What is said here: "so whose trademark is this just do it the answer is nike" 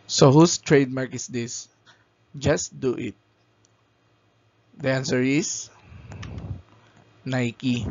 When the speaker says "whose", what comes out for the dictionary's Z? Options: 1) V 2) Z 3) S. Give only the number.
3